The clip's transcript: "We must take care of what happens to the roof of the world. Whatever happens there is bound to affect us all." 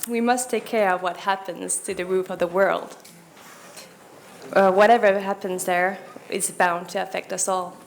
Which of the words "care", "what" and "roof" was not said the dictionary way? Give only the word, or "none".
none